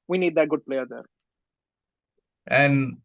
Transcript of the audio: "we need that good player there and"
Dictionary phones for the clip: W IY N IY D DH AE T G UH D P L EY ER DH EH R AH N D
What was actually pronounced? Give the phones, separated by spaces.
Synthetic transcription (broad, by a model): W IY N IY D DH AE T G UH D P L EY ER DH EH R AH N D